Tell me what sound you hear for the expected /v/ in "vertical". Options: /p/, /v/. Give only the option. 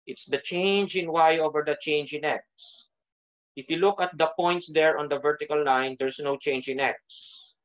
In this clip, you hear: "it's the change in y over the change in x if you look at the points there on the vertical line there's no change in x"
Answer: /v/